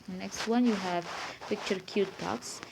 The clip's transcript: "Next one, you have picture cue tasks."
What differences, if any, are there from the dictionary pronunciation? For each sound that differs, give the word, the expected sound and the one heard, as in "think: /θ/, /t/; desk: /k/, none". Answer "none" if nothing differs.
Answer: none